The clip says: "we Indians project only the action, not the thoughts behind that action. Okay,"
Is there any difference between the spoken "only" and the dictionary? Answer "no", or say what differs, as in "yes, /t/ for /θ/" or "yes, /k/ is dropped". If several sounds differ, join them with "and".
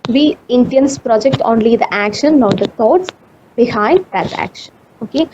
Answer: no